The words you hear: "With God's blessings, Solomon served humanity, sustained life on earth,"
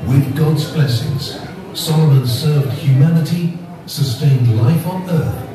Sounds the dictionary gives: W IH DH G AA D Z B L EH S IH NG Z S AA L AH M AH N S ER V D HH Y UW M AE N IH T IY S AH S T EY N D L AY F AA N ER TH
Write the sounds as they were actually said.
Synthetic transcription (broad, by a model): W IH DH G AA D Z B L EH S IH NG Z S AA L AH M AH N S ER V D HH Y UW M AE N IH T IY S AH S T EY N D L AY F N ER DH